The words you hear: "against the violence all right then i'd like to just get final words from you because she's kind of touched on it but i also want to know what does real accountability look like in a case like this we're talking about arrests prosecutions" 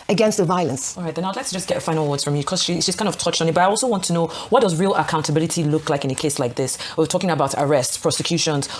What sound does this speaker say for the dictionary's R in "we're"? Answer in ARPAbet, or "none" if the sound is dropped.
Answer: W